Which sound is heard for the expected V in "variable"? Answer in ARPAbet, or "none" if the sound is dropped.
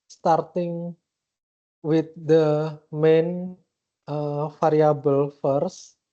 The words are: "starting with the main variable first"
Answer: F